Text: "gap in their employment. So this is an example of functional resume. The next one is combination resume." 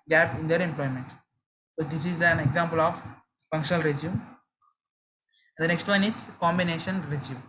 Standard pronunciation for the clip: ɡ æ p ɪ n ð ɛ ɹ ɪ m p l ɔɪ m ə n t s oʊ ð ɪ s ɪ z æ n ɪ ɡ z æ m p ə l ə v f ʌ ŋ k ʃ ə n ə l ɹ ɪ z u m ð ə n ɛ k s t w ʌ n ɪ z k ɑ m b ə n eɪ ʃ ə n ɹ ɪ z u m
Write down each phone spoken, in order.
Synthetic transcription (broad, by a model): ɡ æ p ɪ n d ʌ ɹ ɪ m p l ɔɪ m ə n t s oʊ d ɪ s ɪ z æ n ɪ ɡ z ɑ m p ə l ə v f ʌ ŋ k ʃ ə n ə l ɹ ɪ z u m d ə n ɛ k s t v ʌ n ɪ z k ɑ m b ə n eɪ ʃ ə n ɹ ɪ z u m